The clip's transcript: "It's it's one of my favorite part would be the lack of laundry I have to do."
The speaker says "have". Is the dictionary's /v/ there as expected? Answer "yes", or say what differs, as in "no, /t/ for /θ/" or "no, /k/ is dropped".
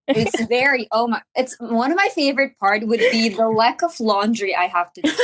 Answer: no, /f/ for /v/